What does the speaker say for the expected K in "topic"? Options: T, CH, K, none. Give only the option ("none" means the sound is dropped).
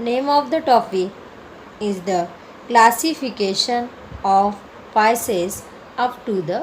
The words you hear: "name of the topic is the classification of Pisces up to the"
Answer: none